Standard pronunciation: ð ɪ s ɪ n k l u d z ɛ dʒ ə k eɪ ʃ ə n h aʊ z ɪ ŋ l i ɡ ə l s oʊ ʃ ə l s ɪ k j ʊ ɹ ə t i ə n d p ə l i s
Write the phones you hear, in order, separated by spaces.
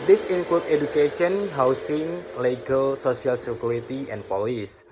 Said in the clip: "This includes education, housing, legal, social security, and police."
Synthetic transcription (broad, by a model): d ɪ s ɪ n k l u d ɛ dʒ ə k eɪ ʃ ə n h aʊ s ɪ ŋ l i ɡ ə l s oʊ s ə l s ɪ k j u ɹ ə t i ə n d p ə l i s